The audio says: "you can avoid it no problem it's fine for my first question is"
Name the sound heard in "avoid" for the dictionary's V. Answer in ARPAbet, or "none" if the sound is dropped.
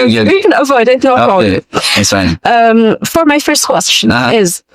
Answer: V